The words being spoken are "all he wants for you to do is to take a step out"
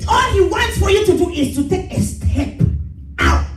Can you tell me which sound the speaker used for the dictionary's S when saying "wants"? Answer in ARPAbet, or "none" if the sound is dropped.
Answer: S